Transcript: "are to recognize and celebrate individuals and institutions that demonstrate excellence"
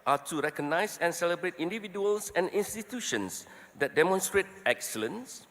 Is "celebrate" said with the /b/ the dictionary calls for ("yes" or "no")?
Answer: yes